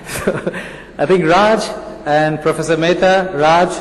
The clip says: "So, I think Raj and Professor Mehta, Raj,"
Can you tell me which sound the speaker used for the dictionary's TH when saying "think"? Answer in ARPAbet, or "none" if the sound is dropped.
T